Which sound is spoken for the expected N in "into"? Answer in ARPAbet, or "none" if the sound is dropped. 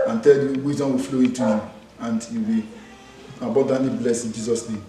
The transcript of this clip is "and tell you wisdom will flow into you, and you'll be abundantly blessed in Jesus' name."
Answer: none